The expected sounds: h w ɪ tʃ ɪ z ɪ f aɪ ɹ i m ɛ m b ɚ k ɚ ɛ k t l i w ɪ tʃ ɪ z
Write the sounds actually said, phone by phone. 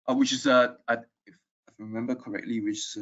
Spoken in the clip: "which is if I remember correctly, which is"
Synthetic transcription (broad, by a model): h w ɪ tʃ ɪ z ɪ f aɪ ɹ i m ɛ m b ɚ k ɚ ɛ k t l i w ɪ tʃ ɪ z